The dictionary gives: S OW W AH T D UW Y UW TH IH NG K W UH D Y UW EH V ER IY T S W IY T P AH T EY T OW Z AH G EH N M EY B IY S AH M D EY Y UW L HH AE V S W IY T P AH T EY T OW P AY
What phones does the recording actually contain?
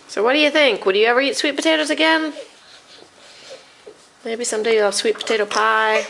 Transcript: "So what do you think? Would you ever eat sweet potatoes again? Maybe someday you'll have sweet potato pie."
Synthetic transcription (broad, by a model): S OW W AH T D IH Y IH TH IH NG K W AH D Y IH EH V ER IY T S W IY T P AH T EY T OW Z AH G EH N M EY B IY S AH M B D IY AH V S W IY T P AH T EY T OW P AY